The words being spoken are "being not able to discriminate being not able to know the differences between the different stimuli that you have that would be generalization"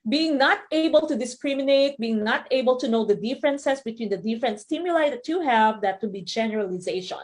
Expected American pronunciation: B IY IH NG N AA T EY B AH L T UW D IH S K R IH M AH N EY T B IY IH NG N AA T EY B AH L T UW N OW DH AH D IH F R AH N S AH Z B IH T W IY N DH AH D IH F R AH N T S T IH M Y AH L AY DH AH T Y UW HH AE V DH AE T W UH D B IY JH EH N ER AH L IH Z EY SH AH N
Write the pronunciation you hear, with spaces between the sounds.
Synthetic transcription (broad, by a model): B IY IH NG N AA T EY B AH L T UW D IH S K R IH M AH N EY T B IY IH NG N AA T EY B AH L T UW N OW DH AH D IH F R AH N S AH S B IH T W IY N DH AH D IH F R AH N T S T IH M Y AH L AY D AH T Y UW HH AE V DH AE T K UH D B IY JH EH N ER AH L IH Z EY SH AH N